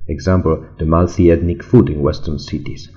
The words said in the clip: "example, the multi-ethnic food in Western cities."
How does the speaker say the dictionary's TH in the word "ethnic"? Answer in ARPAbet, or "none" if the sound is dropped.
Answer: T